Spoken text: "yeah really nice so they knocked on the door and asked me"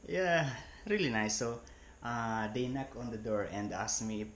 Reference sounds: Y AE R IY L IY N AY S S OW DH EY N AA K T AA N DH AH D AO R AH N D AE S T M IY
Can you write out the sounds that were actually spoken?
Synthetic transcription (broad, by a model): Y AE R IY L IY N AY S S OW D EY N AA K AA N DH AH D AO R AH N D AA S M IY